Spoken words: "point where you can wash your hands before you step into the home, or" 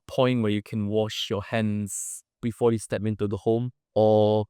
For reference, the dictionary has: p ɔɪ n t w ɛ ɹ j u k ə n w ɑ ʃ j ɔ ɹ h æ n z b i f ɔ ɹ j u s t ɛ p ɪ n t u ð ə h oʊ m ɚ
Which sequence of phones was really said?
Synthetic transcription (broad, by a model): p ɔɪ n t w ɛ j u k ə n w ɑ ʃ j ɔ h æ n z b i f ɔ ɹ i s t ɛ p ɪ n t u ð ə h oʊ m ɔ